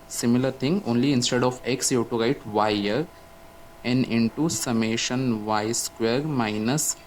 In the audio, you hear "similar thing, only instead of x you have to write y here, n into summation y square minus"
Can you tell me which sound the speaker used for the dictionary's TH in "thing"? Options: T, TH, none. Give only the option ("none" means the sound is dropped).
T